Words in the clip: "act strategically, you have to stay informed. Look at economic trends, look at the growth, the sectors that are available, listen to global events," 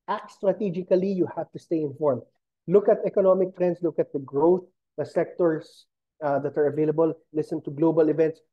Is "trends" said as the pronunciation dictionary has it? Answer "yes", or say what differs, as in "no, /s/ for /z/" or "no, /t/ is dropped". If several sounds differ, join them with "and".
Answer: no, /s/ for /z/